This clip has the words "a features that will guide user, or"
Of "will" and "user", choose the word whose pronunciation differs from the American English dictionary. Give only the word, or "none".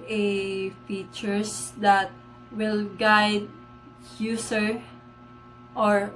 user